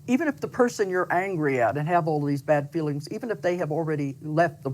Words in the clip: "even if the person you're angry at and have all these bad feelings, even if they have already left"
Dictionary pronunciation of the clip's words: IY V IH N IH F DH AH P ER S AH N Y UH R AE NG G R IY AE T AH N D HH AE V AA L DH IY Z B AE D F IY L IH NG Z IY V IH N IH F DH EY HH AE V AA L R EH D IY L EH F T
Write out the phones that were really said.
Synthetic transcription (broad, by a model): IY V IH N IH F DH AH P ER S AH N Y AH R AE NG G R IY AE T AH N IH V AA L DH IY Z B AE D F IY L IH NG Z IY V IH N IH F DH EY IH V L R EH D IY L EH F T